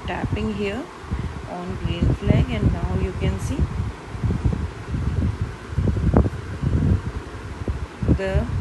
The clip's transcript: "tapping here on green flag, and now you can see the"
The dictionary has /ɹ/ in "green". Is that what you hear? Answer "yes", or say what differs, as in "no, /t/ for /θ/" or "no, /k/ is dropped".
no, /ɹ/ is dropped